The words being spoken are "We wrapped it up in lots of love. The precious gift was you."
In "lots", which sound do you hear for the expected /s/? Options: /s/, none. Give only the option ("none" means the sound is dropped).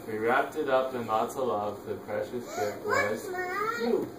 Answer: none